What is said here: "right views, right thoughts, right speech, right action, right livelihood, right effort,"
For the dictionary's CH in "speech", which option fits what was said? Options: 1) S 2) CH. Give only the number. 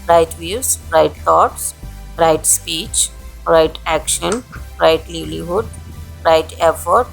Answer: 2